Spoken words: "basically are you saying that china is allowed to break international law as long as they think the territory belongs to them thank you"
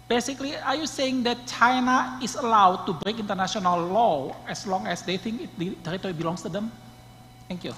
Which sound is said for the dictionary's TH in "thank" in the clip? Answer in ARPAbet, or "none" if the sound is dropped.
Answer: T